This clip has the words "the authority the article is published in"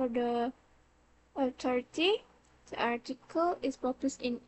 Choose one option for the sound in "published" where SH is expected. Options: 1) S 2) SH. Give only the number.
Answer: 1